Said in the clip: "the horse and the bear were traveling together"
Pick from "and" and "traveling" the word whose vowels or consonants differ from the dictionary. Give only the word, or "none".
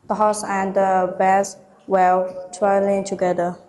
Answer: traveling